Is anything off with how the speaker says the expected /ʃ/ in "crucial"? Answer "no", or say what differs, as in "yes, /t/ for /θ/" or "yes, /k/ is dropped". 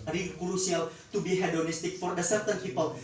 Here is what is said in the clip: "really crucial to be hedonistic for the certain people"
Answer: yes, /s/ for /ʃ/